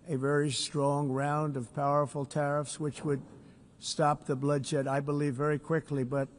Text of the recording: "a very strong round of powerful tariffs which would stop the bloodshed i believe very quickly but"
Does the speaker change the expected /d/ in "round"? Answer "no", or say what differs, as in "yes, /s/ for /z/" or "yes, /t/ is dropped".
no